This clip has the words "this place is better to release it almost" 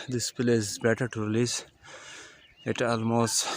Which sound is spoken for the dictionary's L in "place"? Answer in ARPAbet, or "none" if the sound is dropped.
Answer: none